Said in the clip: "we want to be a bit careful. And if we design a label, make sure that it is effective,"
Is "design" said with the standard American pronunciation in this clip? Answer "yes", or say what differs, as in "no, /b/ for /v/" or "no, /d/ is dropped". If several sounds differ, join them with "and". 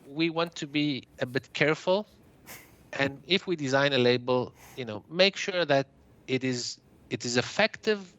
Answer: yes